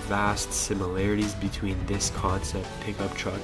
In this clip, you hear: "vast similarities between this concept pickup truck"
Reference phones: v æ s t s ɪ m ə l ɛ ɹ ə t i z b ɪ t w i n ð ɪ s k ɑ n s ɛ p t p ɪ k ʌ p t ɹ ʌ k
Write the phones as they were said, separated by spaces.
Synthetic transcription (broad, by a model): v æ s t s ɪ m ə l ɛ ɹ ə t i z b ɪ t w i n ð ɪ s k ɑ n s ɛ p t p ɪ k ʌ p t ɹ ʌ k